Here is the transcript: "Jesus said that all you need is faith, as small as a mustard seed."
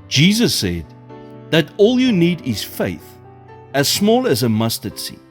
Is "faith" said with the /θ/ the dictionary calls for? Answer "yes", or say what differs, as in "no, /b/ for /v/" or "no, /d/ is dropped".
yes